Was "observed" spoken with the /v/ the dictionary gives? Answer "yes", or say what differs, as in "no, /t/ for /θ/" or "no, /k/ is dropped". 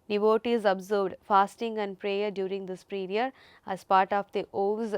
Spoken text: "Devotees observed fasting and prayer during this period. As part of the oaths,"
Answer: no, /v/ is dropped